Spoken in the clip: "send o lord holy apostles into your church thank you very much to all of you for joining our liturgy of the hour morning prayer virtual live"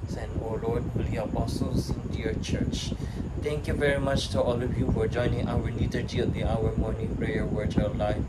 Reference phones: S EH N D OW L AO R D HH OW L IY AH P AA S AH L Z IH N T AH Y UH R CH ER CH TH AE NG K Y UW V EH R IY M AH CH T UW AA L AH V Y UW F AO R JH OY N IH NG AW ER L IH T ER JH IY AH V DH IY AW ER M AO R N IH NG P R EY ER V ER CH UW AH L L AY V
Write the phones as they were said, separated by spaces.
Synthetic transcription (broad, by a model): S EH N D OW L AO R D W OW L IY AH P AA S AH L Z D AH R CH ER CH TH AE NG K Y UW V EH R IY M AH CH T UW AA L AH V Y UW F AO R JH OY N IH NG AW ER N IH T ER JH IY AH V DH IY AW ER M AO R N IH NG P R EY ER W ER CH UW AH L L AY